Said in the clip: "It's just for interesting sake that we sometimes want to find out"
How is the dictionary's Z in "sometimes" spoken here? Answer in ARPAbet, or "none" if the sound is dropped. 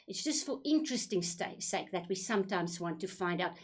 Z